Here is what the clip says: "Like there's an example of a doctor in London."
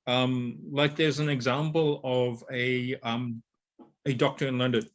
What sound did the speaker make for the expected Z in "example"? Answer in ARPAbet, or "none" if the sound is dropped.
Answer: Z